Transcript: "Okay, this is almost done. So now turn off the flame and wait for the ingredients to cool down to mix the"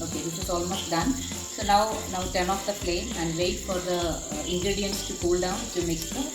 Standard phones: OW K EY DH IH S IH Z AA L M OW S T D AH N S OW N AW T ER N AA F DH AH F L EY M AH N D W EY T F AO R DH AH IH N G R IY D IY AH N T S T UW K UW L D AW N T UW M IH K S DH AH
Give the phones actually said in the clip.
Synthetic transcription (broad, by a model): OW K EY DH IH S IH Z AA L M OW S T D AH N S OW N AW T ER N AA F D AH P L EY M AH N D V EY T F AO R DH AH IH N G R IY D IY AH N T S T UW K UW L D AW N T UW M IH K S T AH